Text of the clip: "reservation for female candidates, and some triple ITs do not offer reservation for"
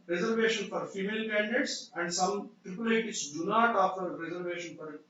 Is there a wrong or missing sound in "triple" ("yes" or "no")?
no